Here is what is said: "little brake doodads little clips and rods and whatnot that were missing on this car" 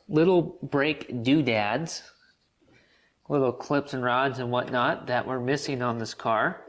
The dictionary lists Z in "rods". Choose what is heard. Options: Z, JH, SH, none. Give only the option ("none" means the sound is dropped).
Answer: Z